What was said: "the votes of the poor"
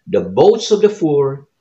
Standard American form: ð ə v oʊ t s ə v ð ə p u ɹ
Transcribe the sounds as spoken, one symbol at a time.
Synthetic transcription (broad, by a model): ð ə b oʊ t s ə v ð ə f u ɹ